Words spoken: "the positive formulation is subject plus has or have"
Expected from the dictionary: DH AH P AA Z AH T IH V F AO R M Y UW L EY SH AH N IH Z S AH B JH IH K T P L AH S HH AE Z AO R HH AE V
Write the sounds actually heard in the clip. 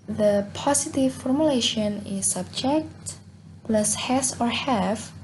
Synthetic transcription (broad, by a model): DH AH P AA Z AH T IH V F AO R M Y UW L EY SH AH N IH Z S AH B JH IH K T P L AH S HH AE S AO R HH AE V